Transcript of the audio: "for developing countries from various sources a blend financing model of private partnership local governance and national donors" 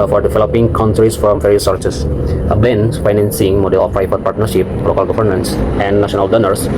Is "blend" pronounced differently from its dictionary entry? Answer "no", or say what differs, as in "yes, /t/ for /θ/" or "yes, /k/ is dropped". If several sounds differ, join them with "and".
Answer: yes, /l/ is dropped